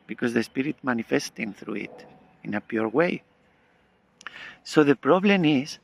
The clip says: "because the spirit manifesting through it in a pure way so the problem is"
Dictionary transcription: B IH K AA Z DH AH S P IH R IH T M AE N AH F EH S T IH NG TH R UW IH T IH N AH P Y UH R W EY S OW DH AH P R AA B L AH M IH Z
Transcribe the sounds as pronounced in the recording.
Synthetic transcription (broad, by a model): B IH K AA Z DH AH S P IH R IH T M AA N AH F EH S T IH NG TH R UW IH T IH N AH P Y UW R W EY S OW DH AH P R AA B L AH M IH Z